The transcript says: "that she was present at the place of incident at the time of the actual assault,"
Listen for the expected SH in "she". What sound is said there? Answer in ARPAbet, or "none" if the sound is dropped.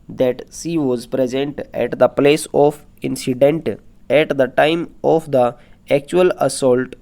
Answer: S